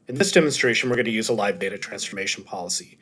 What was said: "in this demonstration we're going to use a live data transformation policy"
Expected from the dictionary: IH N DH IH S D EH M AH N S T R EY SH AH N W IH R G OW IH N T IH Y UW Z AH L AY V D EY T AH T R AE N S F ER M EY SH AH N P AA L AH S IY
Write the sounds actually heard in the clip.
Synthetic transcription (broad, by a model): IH N DH IH S D EH M AH N S T R EY SH AH N W IH R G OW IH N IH Y UW Z AH L AY V D EY T AH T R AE N S F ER M EY SH N P AA L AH S IY